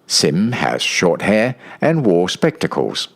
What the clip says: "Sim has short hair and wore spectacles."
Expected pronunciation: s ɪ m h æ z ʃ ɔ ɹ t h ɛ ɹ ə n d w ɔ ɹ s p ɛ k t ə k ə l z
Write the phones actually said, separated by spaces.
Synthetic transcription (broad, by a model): s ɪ m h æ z ʃ ɔ ɹ t h ɛ ɹ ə n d w ɔ ɹ s p ɛ k t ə k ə l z